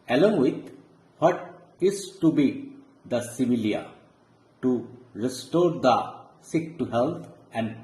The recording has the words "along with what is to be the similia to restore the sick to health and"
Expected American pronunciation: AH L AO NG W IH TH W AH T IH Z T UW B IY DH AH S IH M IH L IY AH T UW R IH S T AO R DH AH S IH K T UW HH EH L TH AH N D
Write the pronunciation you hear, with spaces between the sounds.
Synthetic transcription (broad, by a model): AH L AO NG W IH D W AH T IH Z T UW B IY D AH S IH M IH L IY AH T UW R IH S T AO R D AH S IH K T UW HH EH L T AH N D